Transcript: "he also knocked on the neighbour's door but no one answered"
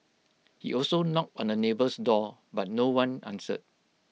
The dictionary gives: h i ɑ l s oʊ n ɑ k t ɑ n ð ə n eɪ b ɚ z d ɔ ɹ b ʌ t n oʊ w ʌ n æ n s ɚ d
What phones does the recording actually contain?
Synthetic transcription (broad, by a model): h i ɑ l s oʊ n ɑ k t ɑ n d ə n eɪ b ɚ s d ɔ b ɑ t n oʊ w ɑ n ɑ n s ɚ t